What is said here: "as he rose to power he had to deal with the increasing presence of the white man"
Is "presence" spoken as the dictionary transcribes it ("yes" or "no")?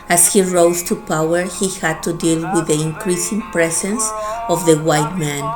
no